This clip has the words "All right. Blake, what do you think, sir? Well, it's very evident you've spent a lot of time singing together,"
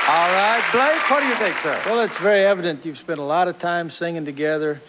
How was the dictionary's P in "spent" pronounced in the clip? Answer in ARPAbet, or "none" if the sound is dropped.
P